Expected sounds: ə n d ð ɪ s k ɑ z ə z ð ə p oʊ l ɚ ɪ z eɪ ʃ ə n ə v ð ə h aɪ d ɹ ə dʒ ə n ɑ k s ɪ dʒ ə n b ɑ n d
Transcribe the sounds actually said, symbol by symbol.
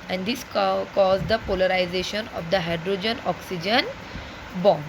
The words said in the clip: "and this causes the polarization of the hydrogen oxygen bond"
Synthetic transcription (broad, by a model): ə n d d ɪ s k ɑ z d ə p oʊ l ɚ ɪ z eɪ ʃ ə n ə v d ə h aɪ d ɹ ə dʒ ə n ɑ k s ɪ dʒ ə n b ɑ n